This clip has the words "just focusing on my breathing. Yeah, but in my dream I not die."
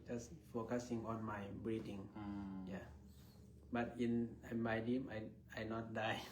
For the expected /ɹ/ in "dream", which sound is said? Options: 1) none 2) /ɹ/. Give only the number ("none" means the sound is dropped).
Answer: 1